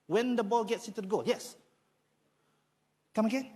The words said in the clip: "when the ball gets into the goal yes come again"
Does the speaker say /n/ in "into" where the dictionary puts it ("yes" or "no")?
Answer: no